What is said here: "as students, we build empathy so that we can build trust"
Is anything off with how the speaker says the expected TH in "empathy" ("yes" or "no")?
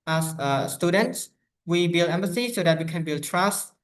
yes